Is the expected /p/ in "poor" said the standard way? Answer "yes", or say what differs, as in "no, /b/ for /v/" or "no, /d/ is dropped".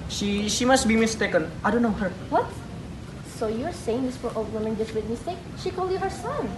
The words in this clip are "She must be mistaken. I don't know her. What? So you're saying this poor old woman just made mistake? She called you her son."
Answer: no, /f/ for /p/